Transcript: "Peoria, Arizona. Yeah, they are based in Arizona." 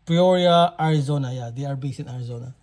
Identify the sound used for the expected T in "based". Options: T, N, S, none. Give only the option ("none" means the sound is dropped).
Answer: none